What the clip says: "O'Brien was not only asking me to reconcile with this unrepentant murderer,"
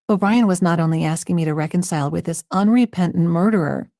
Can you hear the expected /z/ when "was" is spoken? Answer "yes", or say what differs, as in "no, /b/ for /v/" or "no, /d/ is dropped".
yes